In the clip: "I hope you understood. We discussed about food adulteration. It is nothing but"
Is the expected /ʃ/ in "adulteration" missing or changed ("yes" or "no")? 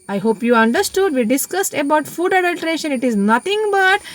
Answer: no